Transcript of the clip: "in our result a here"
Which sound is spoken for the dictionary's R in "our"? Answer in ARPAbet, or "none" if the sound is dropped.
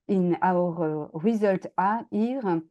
R